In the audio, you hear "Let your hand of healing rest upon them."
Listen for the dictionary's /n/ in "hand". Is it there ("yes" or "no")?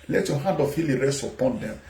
no